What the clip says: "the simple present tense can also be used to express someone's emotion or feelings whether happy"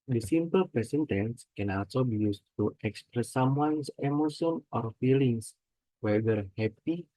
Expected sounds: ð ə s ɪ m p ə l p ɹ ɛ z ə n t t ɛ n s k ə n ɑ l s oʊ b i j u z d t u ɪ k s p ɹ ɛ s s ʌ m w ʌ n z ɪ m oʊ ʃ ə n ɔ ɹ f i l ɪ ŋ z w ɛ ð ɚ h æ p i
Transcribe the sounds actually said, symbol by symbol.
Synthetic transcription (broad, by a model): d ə s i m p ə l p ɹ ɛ s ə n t t ɛ n s k ə n ɑ l s oʊ b i j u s t u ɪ k s p ɹ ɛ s s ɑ m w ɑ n s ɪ m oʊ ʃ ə n ɔ ɹ f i l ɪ ŋ s w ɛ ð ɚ h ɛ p i